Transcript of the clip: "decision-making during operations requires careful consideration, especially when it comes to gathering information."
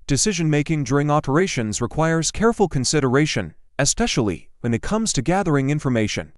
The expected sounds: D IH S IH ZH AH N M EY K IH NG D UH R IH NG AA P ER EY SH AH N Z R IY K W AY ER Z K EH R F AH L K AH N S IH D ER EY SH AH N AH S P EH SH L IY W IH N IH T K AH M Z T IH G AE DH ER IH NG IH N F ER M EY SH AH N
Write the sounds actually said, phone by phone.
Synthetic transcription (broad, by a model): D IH S IH ZH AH N M EY K IH NG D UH R IH NG AA P ER EY SH AH N Z R IY K W AY ER Z K EH R F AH L K AH N S IH D ER EY SH AH N AH S P EH SH L IY W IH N IH T K AH M Z T IH G AE DH ER IH NG IH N F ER M EY SH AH N